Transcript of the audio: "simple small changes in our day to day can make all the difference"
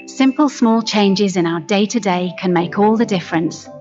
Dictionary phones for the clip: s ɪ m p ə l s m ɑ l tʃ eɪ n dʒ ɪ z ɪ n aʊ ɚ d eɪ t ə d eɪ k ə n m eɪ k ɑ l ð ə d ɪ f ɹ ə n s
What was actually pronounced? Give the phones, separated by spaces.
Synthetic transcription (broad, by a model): s ɪ m p ə l s m ɑ l tʃ eɪ n dʒ ɪ z ɪ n aʊ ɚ d eɪ t ə d eɪ k ə n m eɪ k ɑ l ð ə d ɪ f ɹ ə n s